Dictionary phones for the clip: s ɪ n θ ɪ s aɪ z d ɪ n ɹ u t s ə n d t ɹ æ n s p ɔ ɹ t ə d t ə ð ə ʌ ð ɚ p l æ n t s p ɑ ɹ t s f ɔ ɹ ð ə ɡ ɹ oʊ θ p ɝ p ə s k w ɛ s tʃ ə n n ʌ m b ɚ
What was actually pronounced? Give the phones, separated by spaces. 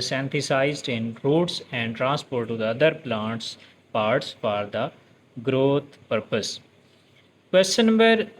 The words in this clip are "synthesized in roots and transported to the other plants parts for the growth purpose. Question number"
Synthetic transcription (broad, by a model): s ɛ n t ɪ s aɪ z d ɪ n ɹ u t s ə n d t ɹ æ n s p ɔ ɹ t ə d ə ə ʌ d ɚ p l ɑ n t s p ɑ ɹ t s p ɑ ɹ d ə ɡ ɹ oʊ t p ɝ p ə s k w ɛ s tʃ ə n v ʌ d